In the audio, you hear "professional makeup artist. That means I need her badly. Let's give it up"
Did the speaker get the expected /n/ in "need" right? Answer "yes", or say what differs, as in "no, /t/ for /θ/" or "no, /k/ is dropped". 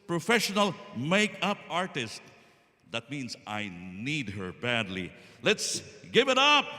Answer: yes